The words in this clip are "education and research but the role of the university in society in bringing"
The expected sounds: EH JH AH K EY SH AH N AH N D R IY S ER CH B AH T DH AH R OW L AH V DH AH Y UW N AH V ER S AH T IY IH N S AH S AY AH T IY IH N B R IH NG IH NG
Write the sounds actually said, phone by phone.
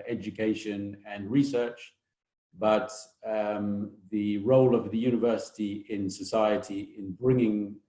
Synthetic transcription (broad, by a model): EH JH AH K EY SH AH N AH N R IY S ER CH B AH T DH AH R OW L AH V DH AH Y UW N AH V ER S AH T IY IH N S AH S AY AH T IY IH N B R IH NG IH NG